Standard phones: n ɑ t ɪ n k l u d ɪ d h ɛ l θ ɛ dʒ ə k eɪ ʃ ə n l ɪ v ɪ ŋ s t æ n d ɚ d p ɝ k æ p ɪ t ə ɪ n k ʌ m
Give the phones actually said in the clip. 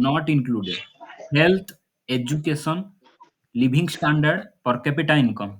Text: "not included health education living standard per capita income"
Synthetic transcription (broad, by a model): n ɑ t ɪ n k l u d ɪ d h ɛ l t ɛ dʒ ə k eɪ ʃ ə n l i b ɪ ŋ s t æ n d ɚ d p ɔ k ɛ p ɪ t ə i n k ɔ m